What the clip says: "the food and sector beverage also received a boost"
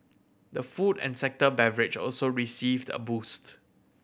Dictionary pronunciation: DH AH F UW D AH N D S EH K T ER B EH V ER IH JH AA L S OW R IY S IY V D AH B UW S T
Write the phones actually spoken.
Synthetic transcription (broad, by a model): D AH F UW D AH N S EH K T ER B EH V ER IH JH AA L S OW R IY S IY V D AH B UW S T